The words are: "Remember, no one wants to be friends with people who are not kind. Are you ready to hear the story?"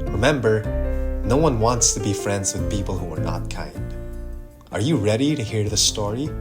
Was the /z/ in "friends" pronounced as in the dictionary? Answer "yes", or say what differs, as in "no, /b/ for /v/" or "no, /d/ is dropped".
yes